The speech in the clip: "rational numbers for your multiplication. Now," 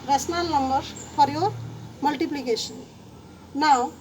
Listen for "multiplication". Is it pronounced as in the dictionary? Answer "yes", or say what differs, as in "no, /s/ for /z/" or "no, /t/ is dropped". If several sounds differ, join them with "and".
no, /s/ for /ʃ/